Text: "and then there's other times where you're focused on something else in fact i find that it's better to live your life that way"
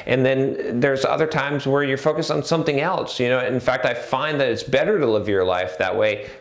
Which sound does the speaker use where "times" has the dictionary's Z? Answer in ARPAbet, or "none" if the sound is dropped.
Z